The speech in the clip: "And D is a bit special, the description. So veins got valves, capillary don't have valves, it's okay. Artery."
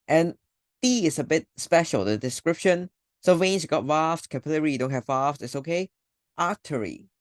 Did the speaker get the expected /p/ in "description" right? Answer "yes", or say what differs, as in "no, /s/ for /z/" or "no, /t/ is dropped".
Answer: yes